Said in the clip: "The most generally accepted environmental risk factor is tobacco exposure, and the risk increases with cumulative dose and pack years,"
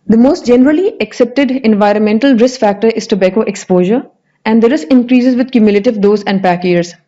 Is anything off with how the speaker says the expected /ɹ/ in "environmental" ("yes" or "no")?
no